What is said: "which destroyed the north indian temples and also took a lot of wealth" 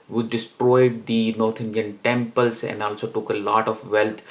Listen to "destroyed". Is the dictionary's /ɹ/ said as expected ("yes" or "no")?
yes